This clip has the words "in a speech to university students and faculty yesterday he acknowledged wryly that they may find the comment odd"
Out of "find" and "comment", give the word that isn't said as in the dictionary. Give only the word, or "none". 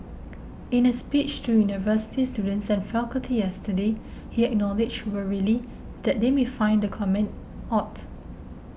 none